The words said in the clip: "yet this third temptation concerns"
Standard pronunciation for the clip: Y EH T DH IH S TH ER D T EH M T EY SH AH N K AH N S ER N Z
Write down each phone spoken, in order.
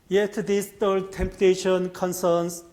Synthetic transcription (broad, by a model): Y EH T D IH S T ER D T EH M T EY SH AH N K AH N S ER N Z